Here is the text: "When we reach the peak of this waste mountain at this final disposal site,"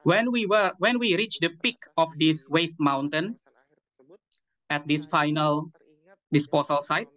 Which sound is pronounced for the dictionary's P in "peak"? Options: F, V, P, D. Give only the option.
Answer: P